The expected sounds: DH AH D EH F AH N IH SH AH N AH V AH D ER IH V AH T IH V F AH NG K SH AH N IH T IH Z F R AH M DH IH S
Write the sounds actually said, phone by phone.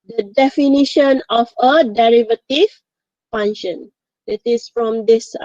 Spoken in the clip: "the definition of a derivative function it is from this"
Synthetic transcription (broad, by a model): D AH D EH F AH N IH SH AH N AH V AH D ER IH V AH T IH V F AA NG SH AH N IH T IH S F R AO M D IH S